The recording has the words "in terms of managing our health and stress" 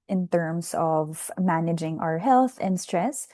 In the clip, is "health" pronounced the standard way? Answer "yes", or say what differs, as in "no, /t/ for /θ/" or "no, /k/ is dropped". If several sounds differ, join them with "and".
yes